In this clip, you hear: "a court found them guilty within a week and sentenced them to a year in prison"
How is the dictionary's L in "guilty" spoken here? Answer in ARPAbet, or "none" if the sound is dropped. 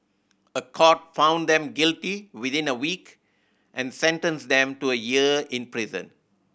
L